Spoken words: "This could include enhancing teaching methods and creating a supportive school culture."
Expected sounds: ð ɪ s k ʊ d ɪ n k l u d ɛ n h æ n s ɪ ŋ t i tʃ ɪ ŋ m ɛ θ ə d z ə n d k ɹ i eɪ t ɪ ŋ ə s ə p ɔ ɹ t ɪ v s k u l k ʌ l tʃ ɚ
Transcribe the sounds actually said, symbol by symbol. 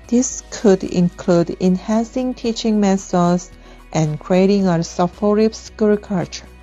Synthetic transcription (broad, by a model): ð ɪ s k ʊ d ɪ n k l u d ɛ n h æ n s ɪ ŋ t i tʃ ɪ ŋ m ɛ s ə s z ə n k ɹ i eɪ t ɪ ŋ ə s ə f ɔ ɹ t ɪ p s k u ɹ k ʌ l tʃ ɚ